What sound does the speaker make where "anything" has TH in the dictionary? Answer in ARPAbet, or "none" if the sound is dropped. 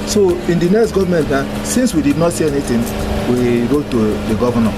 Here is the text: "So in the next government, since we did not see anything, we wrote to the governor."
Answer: T